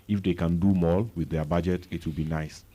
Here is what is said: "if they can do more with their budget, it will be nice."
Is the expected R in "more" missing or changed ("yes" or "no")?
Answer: yes